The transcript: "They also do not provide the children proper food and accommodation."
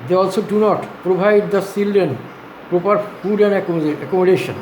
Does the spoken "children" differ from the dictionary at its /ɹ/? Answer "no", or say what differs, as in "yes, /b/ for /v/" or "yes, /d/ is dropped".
yes, /ɹ/ is dropped